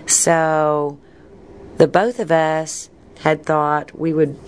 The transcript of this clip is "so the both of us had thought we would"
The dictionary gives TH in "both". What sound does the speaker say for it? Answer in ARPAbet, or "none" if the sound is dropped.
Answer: TH